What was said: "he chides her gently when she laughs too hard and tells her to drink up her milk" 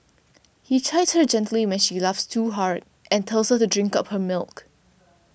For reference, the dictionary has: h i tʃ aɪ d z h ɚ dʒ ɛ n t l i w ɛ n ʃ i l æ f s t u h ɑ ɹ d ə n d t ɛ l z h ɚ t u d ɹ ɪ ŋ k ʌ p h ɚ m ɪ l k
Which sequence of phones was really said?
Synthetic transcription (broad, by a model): h i tʃ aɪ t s h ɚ dʒ ɛ n t l i w ɛ n ʃ i l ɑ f s t u h ɑ ɹ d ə n t ɛ l s h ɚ t u d ɹ ɪ ŋ k ʌ p h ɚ m ɪ l k